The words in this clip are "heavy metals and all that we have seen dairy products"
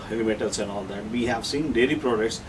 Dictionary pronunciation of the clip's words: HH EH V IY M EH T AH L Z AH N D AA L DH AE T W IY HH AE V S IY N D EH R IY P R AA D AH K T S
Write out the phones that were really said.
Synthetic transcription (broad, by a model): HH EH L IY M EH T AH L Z AH N D AA L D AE T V IY HH AE V S IY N D EH L IY P R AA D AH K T S